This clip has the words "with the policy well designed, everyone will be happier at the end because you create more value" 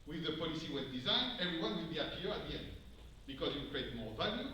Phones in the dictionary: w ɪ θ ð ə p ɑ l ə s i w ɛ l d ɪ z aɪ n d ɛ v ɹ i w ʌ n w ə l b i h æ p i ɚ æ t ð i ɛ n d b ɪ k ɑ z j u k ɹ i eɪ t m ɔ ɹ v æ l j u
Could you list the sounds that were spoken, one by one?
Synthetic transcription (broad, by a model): w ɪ ð ə p ɑ l ə s i w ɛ n d ɪ z aɪ n d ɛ v ɹ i w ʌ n w ə l b i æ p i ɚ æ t ð i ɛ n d b ɪ k ɑ z j u k ɹ i eɪ t m ɔ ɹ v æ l j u